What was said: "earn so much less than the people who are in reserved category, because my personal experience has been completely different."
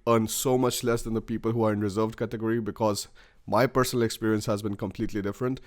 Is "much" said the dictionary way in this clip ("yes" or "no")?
yes